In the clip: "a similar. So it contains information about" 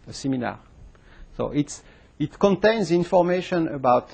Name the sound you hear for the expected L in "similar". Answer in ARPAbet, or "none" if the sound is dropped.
N